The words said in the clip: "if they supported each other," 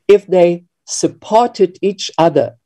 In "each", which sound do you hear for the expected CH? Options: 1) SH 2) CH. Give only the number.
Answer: 2